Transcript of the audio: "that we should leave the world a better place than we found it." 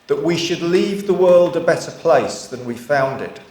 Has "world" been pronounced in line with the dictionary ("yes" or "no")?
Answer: yes